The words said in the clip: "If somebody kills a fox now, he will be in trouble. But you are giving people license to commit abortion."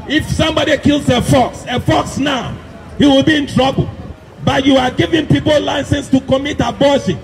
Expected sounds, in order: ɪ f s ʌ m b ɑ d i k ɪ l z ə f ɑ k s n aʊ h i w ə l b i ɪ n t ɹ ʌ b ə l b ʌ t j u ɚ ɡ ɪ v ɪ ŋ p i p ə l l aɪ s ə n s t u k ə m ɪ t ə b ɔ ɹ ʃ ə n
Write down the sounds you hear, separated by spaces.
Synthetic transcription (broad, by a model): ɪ f s ʌ m b ɑ d i k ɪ l s ə f ɑ k s n aʊ h i w ə l b i ɪ n t ɹ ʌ b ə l b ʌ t j u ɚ ɡ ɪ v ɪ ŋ p i p ə l l aɪ s ə n s t u k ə m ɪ t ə b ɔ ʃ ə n